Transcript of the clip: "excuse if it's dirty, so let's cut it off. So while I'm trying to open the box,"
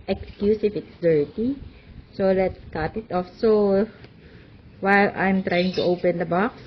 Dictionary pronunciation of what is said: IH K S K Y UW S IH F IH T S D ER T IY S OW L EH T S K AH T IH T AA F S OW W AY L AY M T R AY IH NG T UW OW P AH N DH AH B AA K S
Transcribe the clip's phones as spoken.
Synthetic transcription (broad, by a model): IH K S K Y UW S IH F IH T S D ER T IY S OW L EH T S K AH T IH T AA F S OW W AY L AY M T R AY IH NG T UW OW P AH N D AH B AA K S